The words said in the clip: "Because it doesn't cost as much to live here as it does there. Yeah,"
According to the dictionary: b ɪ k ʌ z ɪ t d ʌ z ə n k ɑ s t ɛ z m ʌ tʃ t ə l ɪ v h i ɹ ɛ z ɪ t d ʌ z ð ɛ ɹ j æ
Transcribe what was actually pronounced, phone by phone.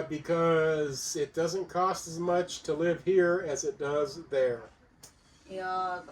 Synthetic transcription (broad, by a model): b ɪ k ʌ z ɪ t d ʌ z ə n k ɑ s t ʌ z m ʌ tʃ t ə l ɪ v h i ɹ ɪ z ɪ t d ʌ z ð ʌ ɹ